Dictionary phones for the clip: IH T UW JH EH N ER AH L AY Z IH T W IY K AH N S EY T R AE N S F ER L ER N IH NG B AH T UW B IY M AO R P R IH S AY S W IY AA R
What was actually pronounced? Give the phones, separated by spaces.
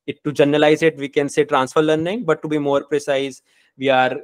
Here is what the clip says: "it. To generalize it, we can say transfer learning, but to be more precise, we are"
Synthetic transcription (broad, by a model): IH T UW JH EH N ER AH L AY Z IH T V IY K AH N S EY T R AE N S F ER L ER N IH NG B AH T UW B IY M AO R P R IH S AY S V IY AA R